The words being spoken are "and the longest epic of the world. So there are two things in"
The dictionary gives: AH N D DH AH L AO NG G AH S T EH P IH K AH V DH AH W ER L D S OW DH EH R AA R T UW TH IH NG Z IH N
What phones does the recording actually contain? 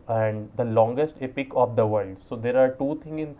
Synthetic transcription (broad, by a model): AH N D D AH L AO NG G AH S T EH P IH K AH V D AH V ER L D S OW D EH R AA R T UW T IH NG IH N